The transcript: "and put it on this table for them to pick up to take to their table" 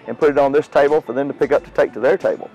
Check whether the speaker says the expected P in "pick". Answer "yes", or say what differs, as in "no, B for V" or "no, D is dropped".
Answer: yes